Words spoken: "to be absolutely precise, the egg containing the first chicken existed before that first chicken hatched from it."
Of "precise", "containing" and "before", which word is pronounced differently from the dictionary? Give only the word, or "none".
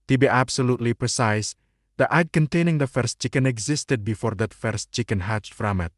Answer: none